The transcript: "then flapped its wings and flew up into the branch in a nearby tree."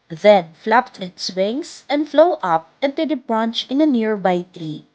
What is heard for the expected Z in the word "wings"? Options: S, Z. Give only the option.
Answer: S